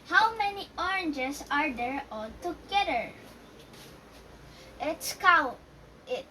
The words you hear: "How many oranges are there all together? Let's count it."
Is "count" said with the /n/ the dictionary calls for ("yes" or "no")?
no